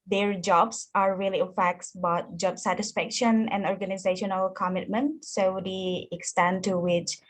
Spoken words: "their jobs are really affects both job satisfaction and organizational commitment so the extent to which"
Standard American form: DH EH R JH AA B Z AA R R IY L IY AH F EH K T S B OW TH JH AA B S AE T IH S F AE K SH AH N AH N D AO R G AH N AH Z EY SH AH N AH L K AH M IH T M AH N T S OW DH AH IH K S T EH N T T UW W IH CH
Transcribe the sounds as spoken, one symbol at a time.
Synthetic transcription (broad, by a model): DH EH R JH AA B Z AA R R IY L IY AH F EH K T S B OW T JH AA B S AE T IH S F AE K SH AH N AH N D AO R G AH N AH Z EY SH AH N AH L K AH M IH T M AH N T S OW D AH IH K S T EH N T T UW W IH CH